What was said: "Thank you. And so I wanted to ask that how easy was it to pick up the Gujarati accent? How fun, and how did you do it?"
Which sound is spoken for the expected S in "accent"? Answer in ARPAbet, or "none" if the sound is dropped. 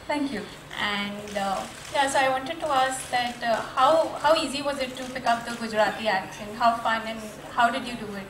SH